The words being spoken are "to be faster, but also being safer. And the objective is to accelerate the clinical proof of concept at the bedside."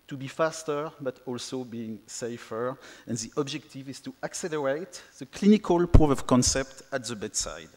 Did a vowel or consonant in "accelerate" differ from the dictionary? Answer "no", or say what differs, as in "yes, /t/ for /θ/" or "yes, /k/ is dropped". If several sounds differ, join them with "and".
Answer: no